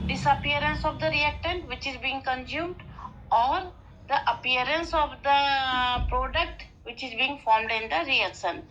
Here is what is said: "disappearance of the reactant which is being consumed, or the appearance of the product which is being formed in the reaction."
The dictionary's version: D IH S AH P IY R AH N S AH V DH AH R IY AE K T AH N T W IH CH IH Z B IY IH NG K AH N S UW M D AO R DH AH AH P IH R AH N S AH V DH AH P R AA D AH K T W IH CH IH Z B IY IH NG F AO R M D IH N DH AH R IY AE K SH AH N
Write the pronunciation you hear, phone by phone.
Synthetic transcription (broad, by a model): D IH S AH P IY R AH N S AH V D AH R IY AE K T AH N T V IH CH IH Z B IY IH NG K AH N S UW M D AO R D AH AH P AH R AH N S AH V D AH P R AA D AH K T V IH CH IH Z B IY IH NG F AO R M D IH N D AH R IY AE K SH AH N